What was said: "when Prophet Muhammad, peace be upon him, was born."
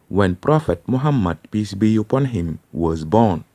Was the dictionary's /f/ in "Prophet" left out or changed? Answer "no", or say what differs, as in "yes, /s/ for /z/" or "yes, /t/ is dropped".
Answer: no